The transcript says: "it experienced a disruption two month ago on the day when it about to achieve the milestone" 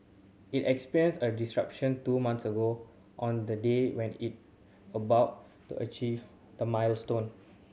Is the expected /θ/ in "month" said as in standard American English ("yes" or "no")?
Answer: no